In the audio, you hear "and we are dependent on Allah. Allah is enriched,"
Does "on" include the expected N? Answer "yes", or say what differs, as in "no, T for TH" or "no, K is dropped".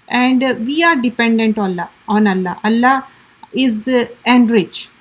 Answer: no, L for N